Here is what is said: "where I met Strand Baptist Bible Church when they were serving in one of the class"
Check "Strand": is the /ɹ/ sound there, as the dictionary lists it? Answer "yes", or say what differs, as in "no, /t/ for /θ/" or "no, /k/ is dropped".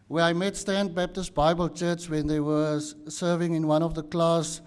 no, /ɹ/ is dropped